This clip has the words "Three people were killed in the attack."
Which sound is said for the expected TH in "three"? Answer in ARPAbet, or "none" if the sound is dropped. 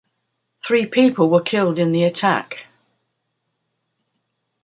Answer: TH